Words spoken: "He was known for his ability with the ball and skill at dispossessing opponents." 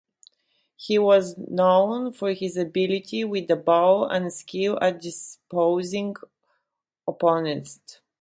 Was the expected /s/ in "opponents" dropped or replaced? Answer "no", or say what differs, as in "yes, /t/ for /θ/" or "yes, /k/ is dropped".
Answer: yes, /s/ is dropped